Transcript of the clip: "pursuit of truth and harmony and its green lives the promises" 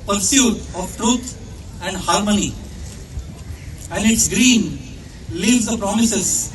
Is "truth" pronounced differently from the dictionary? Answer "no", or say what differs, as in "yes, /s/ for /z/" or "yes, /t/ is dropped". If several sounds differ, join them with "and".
yes, /t/ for /θ/